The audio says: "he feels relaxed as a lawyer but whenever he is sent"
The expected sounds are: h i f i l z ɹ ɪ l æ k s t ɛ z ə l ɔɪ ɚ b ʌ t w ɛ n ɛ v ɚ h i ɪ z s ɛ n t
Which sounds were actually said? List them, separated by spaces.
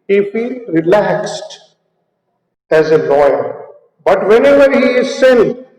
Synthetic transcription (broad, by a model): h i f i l ɹ ɪ l æ k s t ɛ z ə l ɔɪ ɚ b ʌ t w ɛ n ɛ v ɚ h i ɪ z s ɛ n